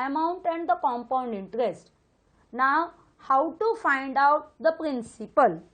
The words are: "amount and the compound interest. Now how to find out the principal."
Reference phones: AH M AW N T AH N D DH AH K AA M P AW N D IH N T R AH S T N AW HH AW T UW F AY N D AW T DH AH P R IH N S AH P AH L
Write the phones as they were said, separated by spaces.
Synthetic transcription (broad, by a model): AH M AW N T AH N D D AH K AA M P AW N D IH N T R AH S T N AW HH AW T UW F AY N D AW T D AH P R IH N S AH P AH L